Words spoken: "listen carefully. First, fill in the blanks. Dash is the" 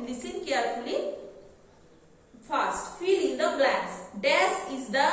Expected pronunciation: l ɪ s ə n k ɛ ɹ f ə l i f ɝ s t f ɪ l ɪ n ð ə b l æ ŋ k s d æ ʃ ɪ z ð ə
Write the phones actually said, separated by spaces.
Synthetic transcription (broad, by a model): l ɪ s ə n k ɛ ɹ f ə l i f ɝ s t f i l ɪ n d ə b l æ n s d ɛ s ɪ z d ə